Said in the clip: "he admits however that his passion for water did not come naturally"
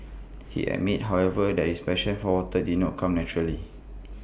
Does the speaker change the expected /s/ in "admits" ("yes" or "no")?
yes